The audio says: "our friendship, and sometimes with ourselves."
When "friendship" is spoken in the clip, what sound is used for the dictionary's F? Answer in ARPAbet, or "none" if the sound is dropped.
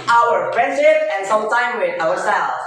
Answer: P